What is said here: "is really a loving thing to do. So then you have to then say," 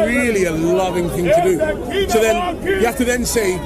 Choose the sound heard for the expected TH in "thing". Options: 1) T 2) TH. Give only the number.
2